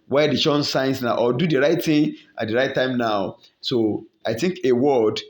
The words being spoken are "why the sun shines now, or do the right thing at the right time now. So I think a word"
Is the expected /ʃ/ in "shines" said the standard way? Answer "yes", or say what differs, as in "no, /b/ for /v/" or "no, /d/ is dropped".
no, /s/ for /ʃ/